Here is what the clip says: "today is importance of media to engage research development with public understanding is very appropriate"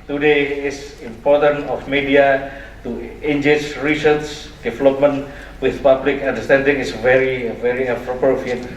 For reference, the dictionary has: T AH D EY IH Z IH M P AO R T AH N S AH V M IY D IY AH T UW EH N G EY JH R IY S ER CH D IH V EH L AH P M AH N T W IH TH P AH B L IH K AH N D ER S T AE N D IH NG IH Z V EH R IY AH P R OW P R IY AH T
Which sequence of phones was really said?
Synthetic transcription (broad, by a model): T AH D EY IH S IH M P AO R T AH N AH F M IY D IY AH T UW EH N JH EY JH R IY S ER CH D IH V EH L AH P M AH N W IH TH P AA B L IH K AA N D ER S T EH N D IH NG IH S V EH R IY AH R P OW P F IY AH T